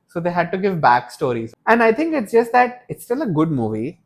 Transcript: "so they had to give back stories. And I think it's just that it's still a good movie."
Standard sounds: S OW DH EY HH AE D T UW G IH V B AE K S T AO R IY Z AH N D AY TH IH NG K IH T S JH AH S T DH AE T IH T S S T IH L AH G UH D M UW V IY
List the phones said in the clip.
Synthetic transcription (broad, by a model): S OW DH EY HH AE D T UW G IH V B AE K S T AO R IY Z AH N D AY T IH NG K IH T S JH AH S T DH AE T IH T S S T IH L AH G UH D M UW V IY